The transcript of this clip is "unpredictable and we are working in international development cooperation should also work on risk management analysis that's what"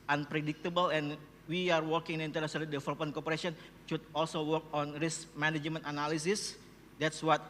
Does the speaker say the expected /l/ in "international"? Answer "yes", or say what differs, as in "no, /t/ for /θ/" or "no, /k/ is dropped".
no, /n/ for /l/